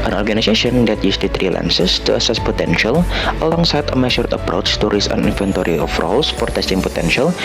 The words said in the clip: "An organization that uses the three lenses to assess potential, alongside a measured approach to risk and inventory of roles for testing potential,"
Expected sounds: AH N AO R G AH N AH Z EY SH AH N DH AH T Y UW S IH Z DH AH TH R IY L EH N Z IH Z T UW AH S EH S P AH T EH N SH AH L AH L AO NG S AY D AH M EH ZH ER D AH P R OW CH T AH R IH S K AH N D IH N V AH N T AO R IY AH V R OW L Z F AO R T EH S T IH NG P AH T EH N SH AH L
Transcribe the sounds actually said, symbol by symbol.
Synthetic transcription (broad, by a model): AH N AO R G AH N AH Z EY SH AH N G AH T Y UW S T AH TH R IY L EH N S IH S T UW AH S EH S P AH T EH N SH AH L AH L AO NG S AY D AH M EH SH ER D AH P R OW CH T AH R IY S AH N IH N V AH N T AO R IY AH F R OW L S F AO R T EH S T IH NG P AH T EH N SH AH L